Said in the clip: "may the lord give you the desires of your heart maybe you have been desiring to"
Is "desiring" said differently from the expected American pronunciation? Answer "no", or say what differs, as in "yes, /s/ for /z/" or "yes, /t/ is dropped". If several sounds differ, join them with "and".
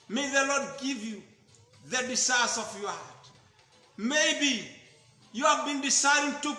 yes, /s/ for /z/